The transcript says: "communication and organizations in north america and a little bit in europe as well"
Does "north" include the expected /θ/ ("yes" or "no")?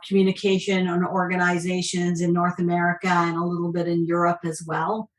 yes